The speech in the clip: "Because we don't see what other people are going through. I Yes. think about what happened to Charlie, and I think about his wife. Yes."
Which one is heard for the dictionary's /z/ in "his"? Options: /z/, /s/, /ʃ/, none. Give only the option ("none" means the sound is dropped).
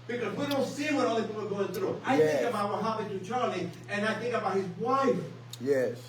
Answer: /z/